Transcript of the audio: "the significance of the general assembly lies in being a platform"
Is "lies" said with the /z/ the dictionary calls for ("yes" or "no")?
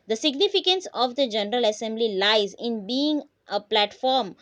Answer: yes